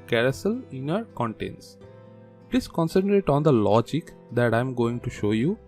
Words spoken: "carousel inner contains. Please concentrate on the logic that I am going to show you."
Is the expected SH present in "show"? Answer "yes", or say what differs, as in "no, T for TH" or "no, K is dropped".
yes